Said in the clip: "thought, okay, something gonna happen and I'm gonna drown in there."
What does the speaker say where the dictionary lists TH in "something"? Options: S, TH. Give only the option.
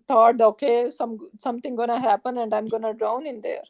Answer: S